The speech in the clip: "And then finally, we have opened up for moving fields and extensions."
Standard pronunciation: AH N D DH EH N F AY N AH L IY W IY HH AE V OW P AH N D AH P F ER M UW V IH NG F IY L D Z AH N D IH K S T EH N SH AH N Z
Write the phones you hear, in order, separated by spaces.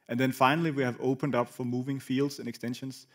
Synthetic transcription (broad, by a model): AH N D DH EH N F AY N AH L IY W IY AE V OW P AH N D AH P F ER M UW V IH NG F IY L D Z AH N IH K S T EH N SH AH N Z